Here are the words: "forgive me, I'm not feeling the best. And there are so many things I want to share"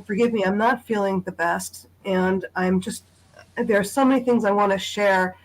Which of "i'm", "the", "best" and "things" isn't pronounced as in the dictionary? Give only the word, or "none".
none